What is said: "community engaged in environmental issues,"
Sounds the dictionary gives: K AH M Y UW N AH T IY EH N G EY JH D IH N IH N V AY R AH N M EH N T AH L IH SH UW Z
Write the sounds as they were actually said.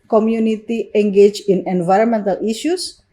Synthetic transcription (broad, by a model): K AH M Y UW N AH T IY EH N G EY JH IH N IH N V AY R AH N M EH N T AH L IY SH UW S